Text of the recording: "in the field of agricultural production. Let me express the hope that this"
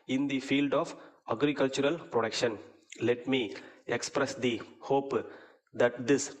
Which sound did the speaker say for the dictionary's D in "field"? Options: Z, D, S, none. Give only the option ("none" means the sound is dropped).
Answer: D